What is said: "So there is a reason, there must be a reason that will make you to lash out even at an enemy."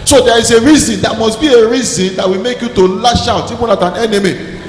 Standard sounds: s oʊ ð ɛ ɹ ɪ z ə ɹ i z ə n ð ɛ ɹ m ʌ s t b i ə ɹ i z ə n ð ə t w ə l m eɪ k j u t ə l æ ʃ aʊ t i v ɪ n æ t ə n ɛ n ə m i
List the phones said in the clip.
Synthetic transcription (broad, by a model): s oʊ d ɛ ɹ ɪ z ə ɹ i z ə n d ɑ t m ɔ s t b i ə ɹ i z ə n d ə t w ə m eɪ k j u t ə l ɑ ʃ aʊ t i p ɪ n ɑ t ə n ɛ n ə m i